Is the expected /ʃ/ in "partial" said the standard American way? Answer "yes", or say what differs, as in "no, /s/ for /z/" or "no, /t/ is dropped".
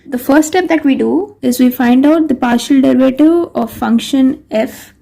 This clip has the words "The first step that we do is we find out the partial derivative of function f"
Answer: yes